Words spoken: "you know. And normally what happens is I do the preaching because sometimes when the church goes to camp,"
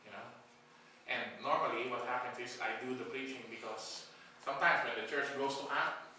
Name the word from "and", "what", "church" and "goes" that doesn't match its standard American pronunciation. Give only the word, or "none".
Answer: goes